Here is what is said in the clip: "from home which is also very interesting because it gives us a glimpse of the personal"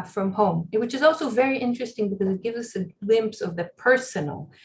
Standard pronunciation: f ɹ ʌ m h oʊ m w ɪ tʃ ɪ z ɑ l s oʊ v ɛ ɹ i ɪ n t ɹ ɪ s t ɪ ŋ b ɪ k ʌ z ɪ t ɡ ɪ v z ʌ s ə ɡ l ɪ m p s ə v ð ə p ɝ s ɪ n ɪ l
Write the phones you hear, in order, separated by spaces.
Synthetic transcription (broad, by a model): f ɹ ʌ m h oʊ m w ɪ tʃ ɪ z ɑ l s oʊ v ɛ ɹ i ɪ n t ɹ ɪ s t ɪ ŋ b ɪ k ʌ z ɪ t ɡ ɪ v z ʌ s ə ɡ l ɪ m p s ə v ð ə p ɝ s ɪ n l